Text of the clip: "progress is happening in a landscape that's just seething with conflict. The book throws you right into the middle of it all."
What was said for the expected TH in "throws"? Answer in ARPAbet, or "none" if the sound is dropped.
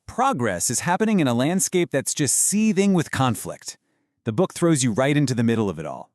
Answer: TH